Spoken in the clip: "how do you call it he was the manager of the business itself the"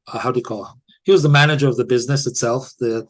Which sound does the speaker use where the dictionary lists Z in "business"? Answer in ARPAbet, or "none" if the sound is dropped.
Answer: Z